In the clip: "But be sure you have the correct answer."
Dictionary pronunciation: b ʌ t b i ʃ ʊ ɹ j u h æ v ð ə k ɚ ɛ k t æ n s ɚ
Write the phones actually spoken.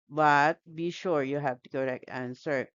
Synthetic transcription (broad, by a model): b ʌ t b i ʃ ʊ ɹ j u h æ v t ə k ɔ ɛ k æ n s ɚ